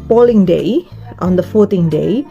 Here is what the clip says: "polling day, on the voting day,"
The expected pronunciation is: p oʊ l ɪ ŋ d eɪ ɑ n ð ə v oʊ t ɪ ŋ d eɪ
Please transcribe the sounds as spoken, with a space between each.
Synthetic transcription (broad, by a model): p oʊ l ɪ ŋ d eɪ ɑ n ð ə f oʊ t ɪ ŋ d eɪ